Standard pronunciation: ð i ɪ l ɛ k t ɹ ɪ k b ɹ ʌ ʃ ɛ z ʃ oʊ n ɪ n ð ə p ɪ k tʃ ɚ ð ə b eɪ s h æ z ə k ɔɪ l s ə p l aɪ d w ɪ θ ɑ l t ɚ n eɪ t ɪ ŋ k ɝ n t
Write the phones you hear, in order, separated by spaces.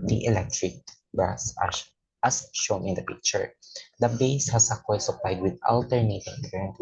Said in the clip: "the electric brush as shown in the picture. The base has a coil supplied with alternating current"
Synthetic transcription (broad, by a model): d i ɪ l ɛ k t ɹ ɪ k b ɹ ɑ s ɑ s ʃ oʊ n ɪ n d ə p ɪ k tʃ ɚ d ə b eɪ s h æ s ə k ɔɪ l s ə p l aɪ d w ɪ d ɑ l t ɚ n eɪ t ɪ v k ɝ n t